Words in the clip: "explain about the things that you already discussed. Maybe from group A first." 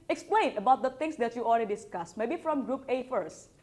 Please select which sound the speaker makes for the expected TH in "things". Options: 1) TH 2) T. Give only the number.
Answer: 2